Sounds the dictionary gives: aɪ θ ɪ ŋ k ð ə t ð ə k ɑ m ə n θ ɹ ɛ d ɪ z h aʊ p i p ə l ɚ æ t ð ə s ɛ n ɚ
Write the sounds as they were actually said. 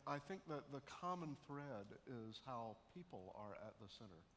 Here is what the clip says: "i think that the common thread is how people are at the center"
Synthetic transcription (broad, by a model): aɪ θ ɪ ŋ k ð ə t ð ə k ɑ m ə n θ ɹ ɛ d ɪ z h aʊ p i p l ɚ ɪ t ð ə s ɛ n ɚ